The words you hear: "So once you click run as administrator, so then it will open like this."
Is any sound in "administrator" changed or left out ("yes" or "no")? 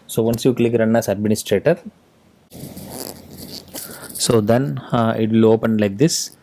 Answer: no